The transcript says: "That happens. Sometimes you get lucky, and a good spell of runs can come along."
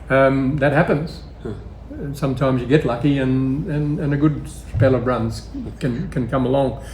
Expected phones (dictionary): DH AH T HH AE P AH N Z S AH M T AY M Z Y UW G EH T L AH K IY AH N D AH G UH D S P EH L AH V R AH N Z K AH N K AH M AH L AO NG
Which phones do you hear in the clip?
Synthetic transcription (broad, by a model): DH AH T HH AE P AH N Z S AH M T AY M Z Y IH G EH T L AH K IY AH N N AH G UH D S P EH L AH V R AH N Z K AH N K AH M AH L AO NG